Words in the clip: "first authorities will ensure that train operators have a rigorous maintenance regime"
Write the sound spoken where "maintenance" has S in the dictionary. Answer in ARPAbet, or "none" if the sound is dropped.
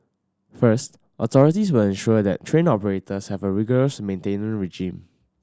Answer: none